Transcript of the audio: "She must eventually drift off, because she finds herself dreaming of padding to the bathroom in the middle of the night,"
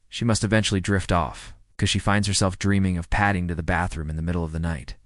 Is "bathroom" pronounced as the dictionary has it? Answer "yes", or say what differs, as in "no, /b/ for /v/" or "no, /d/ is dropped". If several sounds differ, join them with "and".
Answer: yes